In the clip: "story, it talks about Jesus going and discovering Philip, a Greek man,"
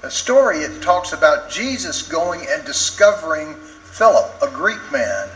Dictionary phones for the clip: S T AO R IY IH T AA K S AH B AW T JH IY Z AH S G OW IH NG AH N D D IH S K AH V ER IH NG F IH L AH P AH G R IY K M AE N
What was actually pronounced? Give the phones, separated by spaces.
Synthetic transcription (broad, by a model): S T AO R IY IH T AA K S AH B AW T JH IY Z AH S G OW IH NG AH N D D IH S K AH V ER IH NG F IH L AH P AH G R IY K M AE N